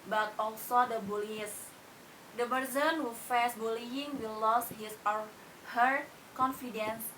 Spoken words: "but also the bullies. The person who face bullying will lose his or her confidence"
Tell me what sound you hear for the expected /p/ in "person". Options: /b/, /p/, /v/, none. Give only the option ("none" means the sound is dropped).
/b/